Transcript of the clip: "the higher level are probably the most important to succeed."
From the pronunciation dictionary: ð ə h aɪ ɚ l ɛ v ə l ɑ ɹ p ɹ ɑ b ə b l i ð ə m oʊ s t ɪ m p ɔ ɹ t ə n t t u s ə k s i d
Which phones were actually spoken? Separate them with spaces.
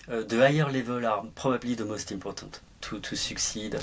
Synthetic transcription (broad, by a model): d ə aɪ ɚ l ɛ v ə l ɑ ɹ p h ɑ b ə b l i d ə m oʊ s t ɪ p ɔ ɹ t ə t t u s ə k s i d